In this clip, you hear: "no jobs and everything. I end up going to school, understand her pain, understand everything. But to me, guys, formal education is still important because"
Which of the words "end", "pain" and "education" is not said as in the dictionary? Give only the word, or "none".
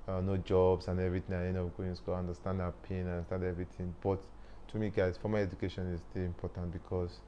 end